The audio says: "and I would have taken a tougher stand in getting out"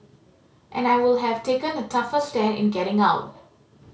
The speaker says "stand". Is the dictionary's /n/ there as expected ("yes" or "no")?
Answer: no